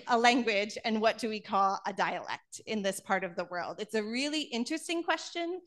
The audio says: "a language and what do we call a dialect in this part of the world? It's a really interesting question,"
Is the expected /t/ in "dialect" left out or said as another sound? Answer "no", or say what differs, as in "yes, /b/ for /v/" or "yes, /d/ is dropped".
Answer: no